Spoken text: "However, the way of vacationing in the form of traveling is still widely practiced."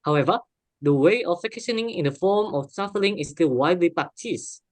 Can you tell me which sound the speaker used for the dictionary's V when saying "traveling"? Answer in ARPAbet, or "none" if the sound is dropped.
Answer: F